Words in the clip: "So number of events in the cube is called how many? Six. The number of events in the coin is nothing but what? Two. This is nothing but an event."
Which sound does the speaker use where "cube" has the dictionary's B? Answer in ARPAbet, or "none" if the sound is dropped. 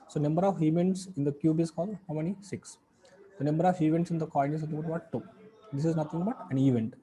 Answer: B